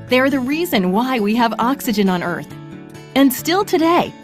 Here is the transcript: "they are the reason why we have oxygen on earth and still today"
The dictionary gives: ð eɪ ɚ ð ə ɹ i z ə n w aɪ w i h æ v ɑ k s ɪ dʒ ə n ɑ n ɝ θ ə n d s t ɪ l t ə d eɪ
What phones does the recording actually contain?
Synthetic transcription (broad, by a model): ð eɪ ɚ ð ə ɹ i z ə n w aɪ w i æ v ɑ k s ɪ dʒ ə n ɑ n ɝ θ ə n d s t ɪ l t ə d eɪ